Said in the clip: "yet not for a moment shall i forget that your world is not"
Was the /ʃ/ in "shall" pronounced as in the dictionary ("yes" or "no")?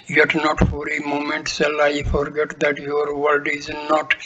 no